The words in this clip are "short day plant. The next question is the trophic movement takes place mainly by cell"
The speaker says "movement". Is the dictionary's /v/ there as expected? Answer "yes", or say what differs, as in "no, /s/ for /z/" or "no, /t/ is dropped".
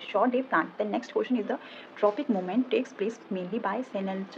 no, /v/ is dropped